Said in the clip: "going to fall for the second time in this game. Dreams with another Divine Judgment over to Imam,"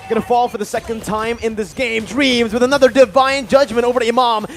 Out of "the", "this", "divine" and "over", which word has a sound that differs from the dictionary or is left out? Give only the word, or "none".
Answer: none